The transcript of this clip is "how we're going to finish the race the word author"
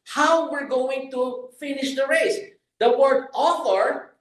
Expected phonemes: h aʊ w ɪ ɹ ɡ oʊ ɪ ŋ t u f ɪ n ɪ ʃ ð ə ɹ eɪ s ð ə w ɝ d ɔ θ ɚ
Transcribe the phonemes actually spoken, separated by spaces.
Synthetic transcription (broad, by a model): h aʊ w ɪ ɹ ɡ oʊ ɪ ŋ t u f ɪ n ɪ ʃ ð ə ɹ eɪ s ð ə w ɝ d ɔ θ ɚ